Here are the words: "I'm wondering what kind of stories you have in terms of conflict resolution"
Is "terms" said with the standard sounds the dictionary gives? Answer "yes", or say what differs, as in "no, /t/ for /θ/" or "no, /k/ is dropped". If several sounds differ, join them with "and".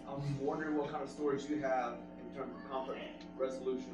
yes